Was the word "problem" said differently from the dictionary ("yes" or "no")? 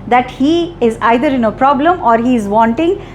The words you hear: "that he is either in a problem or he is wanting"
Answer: no